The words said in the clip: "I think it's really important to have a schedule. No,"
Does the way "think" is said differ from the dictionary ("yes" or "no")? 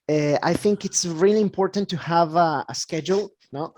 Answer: no